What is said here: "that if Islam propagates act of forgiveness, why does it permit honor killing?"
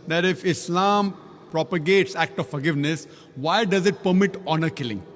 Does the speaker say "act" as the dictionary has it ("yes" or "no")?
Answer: yes